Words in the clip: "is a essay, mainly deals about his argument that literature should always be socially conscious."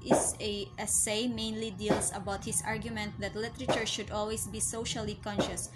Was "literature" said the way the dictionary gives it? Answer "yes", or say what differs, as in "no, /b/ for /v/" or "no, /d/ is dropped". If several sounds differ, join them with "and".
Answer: yes